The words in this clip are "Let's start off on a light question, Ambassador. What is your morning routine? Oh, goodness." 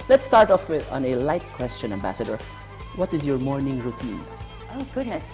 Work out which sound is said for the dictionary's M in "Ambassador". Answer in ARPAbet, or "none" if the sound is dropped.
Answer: M